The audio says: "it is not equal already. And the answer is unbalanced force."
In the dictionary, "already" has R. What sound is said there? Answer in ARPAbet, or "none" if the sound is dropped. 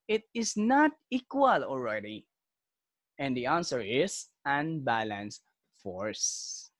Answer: L